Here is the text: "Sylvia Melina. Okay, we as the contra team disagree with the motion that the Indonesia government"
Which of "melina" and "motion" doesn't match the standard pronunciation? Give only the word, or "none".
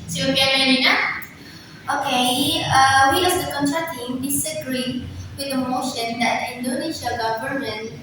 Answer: melina